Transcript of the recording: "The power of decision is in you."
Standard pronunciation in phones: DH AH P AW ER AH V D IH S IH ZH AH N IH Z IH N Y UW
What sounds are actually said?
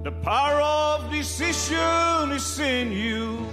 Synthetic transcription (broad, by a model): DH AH P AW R AH V D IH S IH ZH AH N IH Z IH N Y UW